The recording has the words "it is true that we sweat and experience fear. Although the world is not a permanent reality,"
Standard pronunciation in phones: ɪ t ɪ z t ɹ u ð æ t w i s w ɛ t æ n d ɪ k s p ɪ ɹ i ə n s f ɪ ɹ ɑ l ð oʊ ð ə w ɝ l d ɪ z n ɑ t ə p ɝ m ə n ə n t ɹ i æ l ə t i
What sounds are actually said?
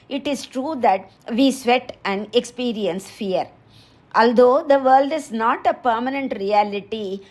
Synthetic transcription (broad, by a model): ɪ t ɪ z t ɹ u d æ t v i s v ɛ t æ n d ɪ k s p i ɹ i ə n s f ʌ ɹ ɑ l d oʊ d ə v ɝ l d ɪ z n ɑ t ə p ɝ m ə n ə n t ɹ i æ l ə t i